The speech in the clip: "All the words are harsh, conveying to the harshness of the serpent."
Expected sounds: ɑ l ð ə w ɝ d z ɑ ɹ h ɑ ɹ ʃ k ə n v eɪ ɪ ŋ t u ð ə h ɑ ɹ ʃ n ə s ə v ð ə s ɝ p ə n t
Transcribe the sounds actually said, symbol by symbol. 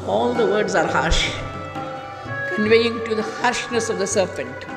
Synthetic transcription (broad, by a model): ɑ l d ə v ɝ d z ɑ ɹ h ɑ ɹ ʃ k ə n v eɪ ɪ ŋ t u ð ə h ɑ ɹ ʃ n ə s ə v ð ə s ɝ p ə n t